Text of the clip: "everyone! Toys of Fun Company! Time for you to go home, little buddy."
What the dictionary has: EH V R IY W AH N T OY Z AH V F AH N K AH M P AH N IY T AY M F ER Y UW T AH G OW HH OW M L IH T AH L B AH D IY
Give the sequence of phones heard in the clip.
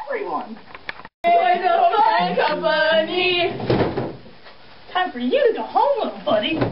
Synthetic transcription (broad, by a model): V R IY W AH N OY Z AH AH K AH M AH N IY T AY M F ER Y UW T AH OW HH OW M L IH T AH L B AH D IY